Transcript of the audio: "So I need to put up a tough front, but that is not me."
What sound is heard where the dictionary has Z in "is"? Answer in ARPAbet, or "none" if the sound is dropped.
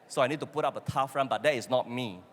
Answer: S